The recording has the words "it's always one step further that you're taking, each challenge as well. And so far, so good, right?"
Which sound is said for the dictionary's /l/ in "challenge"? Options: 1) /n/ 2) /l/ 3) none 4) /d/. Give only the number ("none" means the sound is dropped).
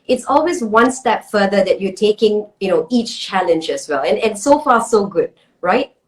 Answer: 2